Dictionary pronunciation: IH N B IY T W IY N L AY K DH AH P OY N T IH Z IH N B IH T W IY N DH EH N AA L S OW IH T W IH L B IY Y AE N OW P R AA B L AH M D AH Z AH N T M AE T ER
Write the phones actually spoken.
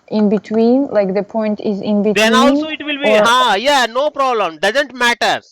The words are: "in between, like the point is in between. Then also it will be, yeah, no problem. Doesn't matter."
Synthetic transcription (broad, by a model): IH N B IY T W IY N L AY K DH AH P OY N T IH Z IH N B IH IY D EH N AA N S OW IH T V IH L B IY Y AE N OW P R AA B L AH M D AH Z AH N T M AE T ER